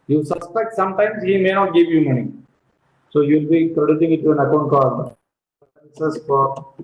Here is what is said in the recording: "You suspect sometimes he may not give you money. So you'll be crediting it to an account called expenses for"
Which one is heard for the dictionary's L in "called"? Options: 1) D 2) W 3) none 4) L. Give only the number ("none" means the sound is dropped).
3